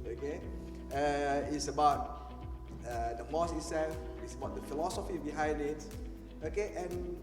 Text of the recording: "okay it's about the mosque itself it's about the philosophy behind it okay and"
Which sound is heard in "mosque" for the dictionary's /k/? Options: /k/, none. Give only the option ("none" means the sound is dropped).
none